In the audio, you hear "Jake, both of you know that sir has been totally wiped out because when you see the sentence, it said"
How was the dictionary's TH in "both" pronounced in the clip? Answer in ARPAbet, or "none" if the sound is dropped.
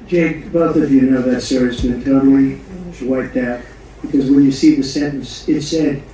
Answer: TH